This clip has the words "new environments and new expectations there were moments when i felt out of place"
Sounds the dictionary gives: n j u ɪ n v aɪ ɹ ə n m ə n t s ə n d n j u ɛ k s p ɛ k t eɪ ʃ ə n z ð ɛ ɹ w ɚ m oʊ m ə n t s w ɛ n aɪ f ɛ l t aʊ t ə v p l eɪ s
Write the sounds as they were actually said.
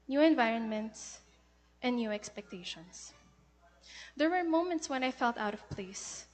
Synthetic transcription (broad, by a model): n j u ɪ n v aɪ ɹ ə n m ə n t s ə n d n j u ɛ k s p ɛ k t eɪ ʃ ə n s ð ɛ ɹ w ɚ m oʊ m ə n t s w ɛ n aɪ f ɛ l t aʊ t ə v p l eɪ s